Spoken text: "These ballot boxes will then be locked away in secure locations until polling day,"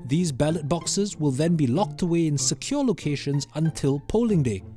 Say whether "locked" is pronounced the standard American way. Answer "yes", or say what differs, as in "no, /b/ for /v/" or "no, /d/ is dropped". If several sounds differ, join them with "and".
yes